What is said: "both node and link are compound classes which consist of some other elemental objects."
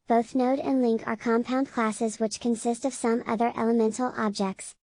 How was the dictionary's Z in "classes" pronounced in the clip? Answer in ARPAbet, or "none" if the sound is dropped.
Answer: Z